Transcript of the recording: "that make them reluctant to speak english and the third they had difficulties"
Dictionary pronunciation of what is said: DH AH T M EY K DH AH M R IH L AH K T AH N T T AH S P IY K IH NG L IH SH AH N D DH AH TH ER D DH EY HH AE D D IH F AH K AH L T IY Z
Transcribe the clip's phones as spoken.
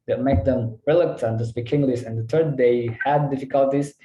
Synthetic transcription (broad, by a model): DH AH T M EY K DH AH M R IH L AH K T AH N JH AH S B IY K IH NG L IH S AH N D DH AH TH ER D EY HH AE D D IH F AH K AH L T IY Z